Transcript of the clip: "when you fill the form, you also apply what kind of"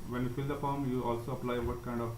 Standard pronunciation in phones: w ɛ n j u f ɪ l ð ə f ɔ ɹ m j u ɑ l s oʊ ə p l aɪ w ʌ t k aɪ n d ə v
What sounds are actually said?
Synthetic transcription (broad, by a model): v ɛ n j u f ɪ l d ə p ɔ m j u ɑ l s oʊ ə p l aɪ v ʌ t k aɪ n d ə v